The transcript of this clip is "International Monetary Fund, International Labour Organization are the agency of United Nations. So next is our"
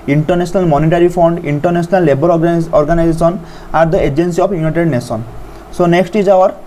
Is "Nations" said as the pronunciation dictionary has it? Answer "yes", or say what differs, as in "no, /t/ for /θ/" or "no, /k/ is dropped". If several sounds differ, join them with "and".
no, /s/ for /ʃ/